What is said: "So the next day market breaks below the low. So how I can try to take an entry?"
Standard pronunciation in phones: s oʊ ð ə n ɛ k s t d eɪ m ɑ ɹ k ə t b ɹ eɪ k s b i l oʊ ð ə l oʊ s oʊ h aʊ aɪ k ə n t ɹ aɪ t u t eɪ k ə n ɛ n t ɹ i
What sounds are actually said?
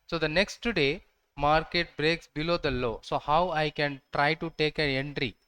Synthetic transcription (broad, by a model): s oʊ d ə n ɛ k s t d eɪ m ɑ ɹ k ə t b ɹ eɪ k s b i l oʊ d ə l oʊ s oʊ h aʊ aɪ k ə n t ɹ aɪ t u t eɪ k ə n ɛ n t ɹ i